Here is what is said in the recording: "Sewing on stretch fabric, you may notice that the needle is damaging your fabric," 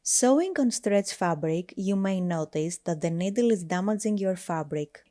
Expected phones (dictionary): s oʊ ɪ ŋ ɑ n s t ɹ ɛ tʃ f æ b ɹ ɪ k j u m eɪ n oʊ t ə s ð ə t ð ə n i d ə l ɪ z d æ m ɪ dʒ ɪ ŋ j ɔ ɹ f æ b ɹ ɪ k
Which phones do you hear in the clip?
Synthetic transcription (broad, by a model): s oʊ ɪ ŋ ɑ n s t ɹ ɛ tʃ f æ b ɹ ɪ k j u m eɪ n oʊ t ə s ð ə t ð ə n i d ə l ɪ z d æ m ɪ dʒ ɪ ŋ j ɔ ɹ f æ b ɹ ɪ k